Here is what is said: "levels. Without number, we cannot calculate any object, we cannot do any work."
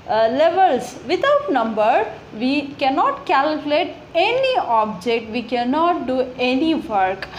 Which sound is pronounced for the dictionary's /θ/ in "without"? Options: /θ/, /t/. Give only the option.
/t/